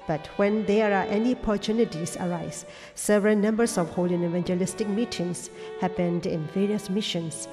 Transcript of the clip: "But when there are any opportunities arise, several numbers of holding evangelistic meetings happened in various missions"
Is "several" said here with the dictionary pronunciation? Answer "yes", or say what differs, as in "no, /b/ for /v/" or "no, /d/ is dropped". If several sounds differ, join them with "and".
yes